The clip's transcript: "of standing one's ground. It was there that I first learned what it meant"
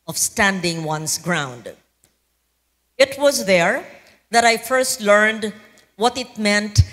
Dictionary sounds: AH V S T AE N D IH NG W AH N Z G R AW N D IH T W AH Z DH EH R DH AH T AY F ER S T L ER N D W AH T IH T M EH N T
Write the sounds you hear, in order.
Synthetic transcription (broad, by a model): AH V S T AE N D IH NG W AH N S G R AW N D IH T W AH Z DH EH R DH AH T AY F ER S T L ER N D W AH T IH T M EH N T